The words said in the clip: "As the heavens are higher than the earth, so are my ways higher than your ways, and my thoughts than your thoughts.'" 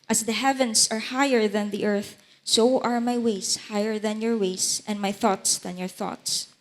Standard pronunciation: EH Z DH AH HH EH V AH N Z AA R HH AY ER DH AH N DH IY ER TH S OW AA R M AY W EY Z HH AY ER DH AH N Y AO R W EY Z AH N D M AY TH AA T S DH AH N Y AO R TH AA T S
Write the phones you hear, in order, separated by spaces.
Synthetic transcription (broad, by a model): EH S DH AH HH EH V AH N S AA R HH AY ER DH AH N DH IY ER TH S OW AA R M AY W EY S HH AY ER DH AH N Y AO R W EY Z AH N D M AY TH AA T S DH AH N Y AO R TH AA T S